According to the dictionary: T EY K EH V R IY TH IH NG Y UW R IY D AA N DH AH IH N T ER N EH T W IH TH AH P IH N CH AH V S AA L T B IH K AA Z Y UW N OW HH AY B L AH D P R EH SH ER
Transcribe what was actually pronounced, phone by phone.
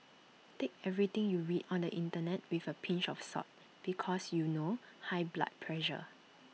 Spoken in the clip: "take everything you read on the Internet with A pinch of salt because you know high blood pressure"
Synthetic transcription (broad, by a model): T EY K EH V R IY T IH NG Y UW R IY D AA N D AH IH N T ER N EH T W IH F AH P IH N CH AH F S AA T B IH K AA S Y UW N OW HH AY B L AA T P R EH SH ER